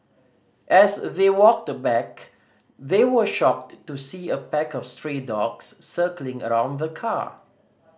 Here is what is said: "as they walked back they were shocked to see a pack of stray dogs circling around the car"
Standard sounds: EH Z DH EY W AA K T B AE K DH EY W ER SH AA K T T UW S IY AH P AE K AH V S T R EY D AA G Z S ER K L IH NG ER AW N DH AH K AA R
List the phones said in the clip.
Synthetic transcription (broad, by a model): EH S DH EY W AA K T B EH K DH EY W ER SH AA K T T UW S IY AH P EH K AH F S T R EY D AA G S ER K L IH NG ER AW N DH AH K AA